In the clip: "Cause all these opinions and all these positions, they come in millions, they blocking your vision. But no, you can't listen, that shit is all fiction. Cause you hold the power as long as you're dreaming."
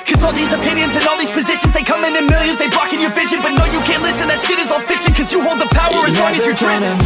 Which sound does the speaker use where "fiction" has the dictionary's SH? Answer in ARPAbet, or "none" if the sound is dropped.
S